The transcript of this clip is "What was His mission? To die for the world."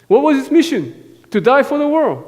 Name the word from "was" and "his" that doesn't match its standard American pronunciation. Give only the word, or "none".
his